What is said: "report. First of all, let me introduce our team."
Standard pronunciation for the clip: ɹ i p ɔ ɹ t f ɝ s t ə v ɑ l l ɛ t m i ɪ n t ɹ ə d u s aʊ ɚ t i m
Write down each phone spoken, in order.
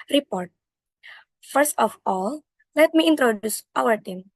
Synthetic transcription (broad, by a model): ɹ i p ɔ ɹ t f ɝ s t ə f ɑ l l ɛ t m i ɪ n t ɹ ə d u s aʊ ɚ t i m